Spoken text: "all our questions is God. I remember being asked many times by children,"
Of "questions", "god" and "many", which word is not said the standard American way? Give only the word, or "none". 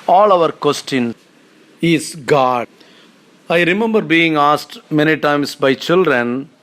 questions